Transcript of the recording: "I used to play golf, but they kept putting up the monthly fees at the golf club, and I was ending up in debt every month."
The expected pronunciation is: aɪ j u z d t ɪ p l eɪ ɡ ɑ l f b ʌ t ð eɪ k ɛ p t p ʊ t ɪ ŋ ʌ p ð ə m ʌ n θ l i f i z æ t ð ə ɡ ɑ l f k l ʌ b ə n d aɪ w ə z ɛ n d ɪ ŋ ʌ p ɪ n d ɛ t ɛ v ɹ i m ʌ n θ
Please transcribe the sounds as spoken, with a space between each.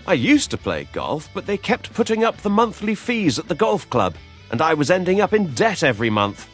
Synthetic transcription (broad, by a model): aɪ j u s t ɪ p l eɪ ɡ ɑ l f b ʌ t ð eɪ k ɛ p t p ʊ t ɪ ŋ ʌ p ð ə m ʌ n θ l i f i z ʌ t ð ə ɡ ɑ l f k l ʌ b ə n aɪ w ə z ɛ n d ɪ ŋ ʌ p ɪ n d ɛ t ɛ v ɹ i m ʌ n θ